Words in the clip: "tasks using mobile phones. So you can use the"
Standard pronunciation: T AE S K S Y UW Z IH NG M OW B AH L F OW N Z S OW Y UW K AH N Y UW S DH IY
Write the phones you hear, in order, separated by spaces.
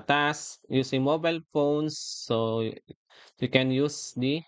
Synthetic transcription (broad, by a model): T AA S S Y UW S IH NG M OW B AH L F OW N S OW Y UW K AH N Y UW S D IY